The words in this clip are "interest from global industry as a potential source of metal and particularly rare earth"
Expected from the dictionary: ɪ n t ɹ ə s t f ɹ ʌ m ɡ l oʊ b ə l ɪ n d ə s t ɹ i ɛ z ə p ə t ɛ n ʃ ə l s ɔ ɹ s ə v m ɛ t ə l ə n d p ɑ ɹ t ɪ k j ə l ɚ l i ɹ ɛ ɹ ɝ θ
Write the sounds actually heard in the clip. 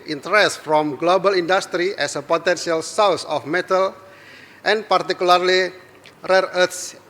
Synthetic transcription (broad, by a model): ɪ n t ɹ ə s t f ɹ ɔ m ɡ l oʊ b ə l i n d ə s t ɹ i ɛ s ə p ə t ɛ n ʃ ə l s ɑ w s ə f m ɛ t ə l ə n p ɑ ɹ t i k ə l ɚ l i ɹ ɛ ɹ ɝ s